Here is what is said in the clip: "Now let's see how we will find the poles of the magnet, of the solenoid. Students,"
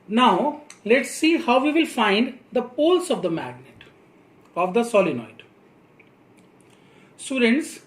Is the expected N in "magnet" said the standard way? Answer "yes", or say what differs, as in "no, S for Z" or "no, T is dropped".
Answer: yes